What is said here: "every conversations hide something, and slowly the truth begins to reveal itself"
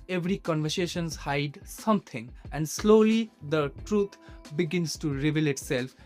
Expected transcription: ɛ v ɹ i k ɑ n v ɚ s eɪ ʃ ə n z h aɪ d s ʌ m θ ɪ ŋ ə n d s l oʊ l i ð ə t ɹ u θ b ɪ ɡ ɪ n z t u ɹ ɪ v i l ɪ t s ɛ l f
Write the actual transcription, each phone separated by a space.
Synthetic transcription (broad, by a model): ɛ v ɹ i k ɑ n v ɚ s eɪ ʃ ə n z h aɪ d s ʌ m t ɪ ŋ ə n d s l oʊ l i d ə t ɹ u t b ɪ ɡ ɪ n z t u ɹ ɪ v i l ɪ t s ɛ l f